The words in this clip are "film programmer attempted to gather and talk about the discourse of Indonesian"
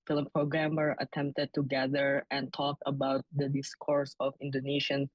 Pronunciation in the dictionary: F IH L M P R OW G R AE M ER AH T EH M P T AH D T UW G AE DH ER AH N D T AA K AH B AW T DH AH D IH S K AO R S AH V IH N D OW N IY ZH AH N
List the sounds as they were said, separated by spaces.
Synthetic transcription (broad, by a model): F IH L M P R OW G R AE M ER AH T EH M P T AH D T UW G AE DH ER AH N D T AA K AH B AW T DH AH D IH S K AO R S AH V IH N D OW N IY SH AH N